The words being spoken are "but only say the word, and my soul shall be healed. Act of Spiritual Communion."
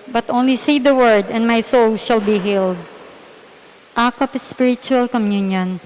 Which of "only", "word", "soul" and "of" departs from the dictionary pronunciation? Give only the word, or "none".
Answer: of